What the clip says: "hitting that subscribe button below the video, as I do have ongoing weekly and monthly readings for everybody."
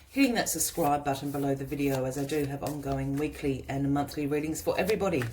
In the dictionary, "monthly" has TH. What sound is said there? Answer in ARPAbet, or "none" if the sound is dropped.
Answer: TH